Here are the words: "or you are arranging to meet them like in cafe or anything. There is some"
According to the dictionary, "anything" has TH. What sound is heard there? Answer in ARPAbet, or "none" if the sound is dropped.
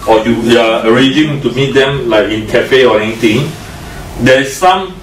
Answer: T